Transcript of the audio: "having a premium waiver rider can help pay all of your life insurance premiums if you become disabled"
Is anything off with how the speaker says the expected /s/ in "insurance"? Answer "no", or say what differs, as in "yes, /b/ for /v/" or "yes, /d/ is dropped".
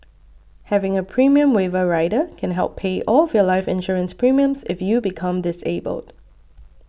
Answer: no